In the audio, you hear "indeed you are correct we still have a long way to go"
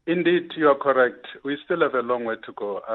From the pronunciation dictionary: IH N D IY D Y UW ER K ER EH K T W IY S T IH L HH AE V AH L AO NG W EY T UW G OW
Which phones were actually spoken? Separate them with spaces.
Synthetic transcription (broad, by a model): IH N D IY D Y UW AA K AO EH K T W IY S T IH L HH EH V AH L AO NG W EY T UW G OW